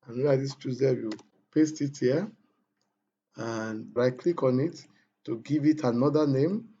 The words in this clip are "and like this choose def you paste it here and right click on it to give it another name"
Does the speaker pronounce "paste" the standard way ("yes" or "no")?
yes